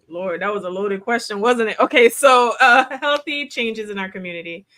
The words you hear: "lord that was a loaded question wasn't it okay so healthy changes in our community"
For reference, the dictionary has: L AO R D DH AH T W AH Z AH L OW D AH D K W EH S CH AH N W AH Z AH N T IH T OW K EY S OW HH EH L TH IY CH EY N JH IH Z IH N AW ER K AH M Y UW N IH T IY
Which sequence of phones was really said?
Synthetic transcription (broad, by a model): L AO R D DH AH T W AH Z AH L OW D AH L K W EH S CH AH N W AH Z AH N T IH T OW K EY S OW HH EH L TH IY CH EY N JH IH Z IH N AW ER K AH M Y UW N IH T IY